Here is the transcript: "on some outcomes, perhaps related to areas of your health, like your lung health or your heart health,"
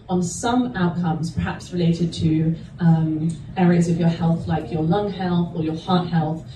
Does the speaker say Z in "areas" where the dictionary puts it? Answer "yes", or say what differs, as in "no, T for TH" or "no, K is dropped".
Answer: yes